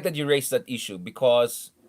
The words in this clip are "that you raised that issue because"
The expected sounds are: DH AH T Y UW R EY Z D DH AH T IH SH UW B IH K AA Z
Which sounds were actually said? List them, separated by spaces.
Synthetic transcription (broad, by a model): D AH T Y UW R EY S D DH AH T IH SH UW B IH K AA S